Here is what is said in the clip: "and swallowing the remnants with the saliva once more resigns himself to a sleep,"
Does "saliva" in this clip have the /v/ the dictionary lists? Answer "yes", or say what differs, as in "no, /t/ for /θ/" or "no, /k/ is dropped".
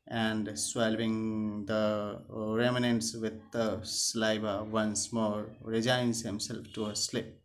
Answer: no, /b/ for /v/